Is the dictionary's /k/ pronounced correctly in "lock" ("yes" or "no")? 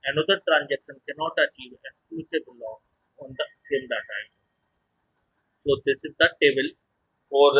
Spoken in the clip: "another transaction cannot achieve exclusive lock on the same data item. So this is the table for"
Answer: no